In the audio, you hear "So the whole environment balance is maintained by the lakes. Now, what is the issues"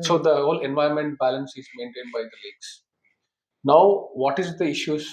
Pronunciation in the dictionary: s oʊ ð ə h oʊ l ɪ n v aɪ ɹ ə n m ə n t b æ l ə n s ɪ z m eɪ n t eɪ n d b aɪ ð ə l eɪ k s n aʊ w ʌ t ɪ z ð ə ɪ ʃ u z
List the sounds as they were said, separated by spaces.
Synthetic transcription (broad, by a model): s oʊ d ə h oʊ l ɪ n v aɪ ə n m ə n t b æ l ə n s ɪ z m eɪ n t eɪ n d b aɪ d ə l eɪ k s n aʊ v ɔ t ɪ z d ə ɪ ʃ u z